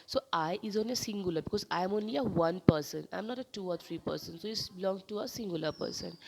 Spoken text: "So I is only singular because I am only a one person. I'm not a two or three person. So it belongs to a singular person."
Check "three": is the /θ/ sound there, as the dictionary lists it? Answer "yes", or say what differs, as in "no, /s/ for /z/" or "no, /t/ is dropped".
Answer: no, /t/ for /θ/